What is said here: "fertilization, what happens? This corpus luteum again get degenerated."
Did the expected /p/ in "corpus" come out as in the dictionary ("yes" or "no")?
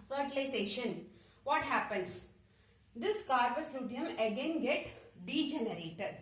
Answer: no